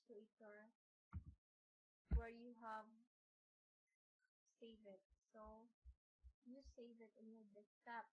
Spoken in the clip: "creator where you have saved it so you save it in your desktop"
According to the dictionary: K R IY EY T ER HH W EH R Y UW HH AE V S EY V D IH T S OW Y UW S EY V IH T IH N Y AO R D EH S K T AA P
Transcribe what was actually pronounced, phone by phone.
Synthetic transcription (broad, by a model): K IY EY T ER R W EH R Y UW HH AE V S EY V IH T S OW Y UW S EY V IH T IH N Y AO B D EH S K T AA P